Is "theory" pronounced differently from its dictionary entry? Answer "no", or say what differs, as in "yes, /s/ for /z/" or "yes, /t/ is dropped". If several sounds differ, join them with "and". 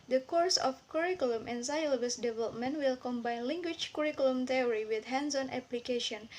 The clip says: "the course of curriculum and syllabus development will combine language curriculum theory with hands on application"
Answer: yes, /t/ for /θ/